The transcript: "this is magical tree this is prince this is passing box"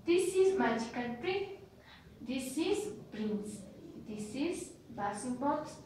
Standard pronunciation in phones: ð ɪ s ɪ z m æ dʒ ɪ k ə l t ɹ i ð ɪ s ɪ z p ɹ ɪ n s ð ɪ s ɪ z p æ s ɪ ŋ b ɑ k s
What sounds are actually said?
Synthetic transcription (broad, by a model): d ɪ s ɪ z m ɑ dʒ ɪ k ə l t ɹ i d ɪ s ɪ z b ɹ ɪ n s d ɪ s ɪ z b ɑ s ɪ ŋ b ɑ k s